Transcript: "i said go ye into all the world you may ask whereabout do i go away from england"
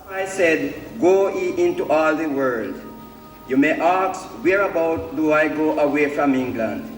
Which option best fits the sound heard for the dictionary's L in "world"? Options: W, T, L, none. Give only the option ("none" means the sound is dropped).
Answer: L